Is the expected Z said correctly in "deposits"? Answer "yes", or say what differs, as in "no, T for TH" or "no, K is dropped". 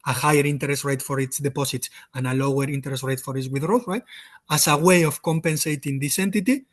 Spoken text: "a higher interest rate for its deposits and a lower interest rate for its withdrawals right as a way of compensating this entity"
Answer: no, S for Z